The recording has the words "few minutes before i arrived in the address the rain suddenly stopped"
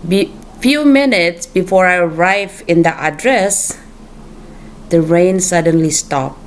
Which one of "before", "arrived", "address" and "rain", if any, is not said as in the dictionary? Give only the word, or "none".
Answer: arrived